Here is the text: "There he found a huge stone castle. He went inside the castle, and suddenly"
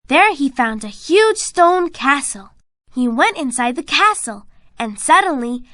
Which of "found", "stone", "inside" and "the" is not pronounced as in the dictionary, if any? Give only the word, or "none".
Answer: none